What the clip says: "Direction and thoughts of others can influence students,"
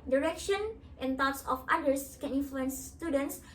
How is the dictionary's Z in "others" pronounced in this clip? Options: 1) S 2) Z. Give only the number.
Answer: 1